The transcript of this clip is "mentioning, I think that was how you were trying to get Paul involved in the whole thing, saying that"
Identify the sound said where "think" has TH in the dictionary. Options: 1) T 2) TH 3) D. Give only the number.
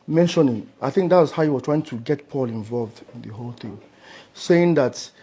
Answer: 2